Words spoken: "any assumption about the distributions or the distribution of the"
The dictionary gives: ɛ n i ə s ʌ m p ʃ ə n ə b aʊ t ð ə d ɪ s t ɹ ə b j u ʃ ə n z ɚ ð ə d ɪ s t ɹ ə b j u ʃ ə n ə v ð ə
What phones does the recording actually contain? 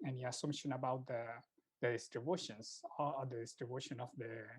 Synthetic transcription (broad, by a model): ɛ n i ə s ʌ m ʃ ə n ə b aʊ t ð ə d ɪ s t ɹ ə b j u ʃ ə n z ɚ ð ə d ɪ s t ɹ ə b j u ʃ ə n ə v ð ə